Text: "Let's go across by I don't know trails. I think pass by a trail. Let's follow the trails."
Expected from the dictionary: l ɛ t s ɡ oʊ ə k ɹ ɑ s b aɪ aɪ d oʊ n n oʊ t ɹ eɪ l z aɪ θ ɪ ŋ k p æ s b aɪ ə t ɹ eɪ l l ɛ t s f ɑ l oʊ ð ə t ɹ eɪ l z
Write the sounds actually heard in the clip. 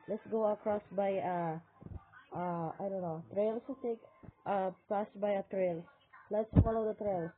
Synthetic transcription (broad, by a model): l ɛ t s ɡ oʊ ə k ɹ ɑ s b aɪ aɪ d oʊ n n oʊ t ɹ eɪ l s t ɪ k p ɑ s b aɪ ə t ɹ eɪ l l ɛ t s f ɑ l oʊ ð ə t ɹ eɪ l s